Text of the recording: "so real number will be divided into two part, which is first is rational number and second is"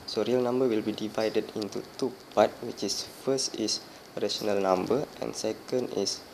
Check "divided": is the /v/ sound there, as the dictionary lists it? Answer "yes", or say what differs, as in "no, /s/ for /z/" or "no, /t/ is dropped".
yes